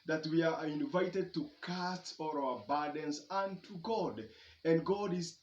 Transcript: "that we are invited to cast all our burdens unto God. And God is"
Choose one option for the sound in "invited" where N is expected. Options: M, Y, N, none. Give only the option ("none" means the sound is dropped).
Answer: N